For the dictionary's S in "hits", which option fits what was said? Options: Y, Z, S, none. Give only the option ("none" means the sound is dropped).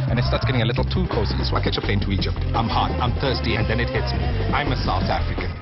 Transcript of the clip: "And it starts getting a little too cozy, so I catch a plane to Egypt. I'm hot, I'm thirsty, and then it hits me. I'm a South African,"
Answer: S